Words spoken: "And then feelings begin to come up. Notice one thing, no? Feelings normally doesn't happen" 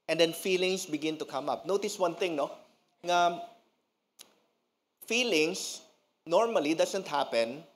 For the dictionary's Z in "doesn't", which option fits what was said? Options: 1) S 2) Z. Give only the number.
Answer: 1